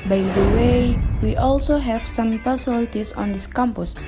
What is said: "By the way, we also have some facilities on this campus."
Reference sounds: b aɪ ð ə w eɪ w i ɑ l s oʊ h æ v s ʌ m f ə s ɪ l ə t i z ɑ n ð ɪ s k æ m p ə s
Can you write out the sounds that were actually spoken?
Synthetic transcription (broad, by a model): b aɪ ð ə w eɪ w i ɑ l s oʊ h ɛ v s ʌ m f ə s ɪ l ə t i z ɑ n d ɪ s k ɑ m p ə s